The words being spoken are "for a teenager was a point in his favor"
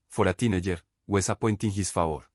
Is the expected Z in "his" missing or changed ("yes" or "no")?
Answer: yes